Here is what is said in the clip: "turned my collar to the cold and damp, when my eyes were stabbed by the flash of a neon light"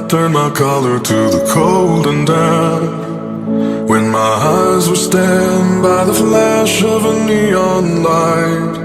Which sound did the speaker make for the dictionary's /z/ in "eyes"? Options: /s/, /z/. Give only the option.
/z/